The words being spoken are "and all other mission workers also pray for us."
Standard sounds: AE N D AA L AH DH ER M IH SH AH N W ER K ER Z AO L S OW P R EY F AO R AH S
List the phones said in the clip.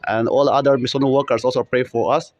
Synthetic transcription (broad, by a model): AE N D AA L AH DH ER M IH S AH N W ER K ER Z AO L S OW P R EY F AO R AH S